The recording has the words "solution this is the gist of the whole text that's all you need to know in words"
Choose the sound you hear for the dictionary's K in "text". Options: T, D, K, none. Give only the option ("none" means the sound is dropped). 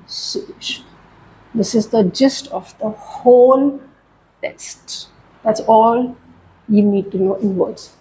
none